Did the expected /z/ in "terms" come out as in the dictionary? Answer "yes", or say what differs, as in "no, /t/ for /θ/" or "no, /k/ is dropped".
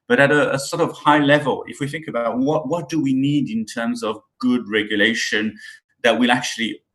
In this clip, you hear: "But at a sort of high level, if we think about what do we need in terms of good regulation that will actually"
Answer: yes